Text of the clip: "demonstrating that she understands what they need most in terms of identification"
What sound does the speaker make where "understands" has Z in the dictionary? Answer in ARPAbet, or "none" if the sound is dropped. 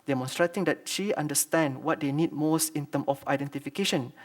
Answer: none